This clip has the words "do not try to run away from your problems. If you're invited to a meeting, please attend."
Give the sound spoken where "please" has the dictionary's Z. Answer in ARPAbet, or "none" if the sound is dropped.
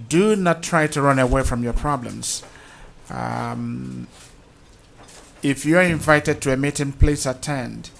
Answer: S